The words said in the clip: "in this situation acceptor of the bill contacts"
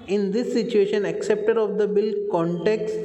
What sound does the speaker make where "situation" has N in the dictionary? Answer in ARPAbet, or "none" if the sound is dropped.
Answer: N